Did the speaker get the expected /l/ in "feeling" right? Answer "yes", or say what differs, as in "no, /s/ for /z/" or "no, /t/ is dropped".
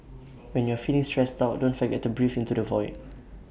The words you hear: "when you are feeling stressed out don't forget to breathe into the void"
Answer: no, /n/ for /l/